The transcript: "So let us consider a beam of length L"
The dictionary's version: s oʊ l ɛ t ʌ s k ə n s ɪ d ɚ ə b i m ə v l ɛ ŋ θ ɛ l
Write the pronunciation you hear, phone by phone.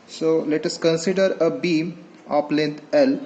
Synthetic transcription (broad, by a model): s oʊ l ɛ t ʌ s k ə n s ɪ d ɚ ə b i m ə p l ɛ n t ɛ l